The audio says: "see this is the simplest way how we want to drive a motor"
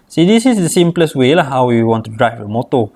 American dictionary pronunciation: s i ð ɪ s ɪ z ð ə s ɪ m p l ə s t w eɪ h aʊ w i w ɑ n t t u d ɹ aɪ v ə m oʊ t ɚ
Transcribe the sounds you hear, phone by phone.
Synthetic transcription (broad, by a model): s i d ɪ s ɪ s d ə s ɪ m p l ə s w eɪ h aʊ w i w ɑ n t t u d ɹ aɪ f ə m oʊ t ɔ